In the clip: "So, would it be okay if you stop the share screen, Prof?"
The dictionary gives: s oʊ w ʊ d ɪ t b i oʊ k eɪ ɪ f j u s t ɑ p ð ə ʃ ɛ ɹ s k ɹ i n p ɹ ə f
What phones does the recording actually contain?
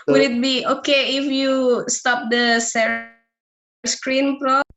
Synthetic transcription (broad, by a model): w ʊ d ɪ t b i oʊ k eɪ ɪ f j u s t ɑ p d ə s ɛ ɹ s k ɹ i n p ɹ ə